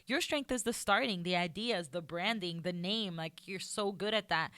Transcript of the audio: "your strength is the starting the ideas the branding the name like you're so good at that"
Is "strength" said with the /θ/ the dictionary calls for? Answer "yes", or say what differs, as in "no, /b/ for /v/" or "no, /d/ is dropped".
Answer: yes